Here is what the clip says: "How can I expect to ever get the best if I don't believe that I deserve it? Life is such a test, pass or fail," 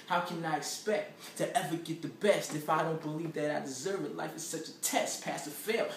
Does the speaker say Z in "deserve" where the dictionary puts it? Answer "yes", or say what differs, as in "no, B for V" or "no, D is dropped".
yes